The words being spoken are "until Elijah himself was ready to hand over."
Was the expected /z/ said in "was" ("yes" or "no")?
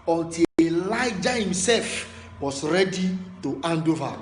no